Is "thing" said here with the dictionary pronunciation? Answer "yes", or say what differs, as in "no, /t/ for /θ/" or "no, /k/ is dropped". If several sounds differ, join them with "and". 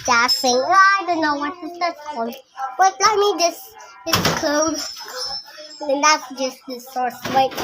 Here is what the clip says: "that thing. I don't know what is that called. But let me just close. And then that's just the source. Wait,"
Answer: no, /f/ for /θ/